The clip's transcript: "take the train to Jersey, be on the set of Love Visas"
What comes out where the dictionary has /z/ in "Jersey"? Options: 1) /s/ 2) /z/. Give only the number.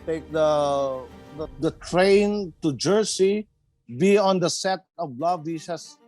1